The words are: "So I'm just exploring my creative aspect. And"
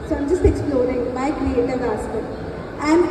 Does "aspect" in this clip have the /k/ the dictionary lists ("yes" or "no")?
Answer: no